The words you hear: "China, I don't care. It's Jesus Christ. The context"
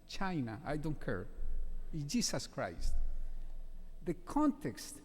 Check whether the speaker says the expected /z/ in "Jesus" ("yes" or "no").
no